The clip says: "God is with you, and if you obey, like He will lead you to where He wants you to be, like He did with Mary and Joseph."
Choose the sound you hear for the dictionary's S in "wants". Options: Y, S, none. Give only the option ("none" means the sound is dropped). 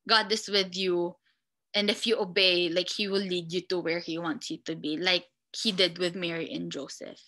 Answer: S